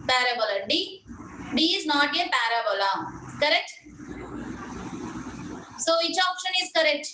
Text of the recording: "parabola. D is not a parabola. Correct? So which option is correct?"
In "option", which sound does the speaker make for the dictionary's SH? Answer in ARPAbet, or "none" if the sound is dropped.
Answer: SH